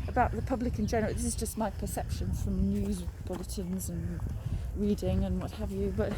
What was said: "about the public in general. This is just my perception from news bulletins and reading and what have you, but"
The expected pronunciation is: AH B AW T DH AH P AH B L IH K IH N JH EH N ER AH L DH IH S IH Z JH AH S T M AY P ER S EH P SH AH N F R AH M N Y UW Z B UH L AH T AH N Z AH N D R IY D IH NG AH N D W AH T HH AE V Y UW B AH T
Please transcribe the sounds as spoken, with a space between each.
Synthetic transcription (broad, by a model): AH B AW T DH AH P AH B L IH K IH N JH EH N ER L DH IH S IH Z JH AH S T M AY P ER S EH P SH AH N F R AH M N Y UW Z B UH L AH T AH N Z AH N R IY D IH NG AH N W AH T HH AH V Y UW B AH T